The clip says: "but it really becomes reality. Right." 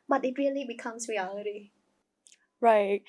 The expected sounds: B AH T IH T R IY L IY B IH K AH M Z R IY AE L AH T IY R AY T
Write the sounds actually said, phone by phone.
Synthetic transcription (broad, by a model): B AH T IH T R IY L IY B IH K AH M S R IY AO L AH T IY R AY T